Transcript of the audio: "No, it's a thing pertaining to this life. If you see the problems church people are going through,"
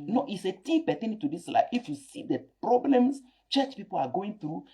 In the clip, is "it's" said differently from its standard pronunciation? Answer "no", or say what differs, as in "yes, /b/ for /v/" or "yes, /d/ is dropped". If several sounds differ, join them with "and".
no